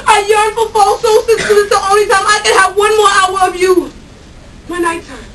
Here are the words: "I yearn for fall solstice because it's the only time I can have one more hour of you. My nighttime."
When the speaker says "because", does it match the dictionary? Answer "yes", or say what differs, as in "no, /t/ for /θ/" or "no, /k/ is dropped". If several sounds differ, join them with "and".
no, /z/ is dropped